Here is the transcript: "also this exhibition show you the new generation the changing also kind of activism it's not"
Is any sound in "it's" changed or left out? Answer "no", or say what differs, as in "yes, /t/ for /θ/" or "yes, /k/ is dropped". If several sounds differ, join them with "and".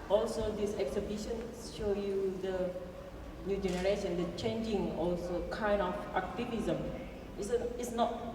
yes, /s/ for /t/